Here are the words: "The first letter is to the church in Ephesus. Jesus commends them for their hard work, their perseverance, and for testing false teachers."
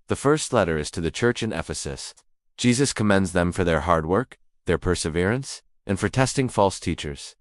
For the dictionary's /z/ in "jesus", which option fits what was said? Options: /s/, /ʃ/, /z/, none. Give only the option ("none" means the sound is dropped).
/z/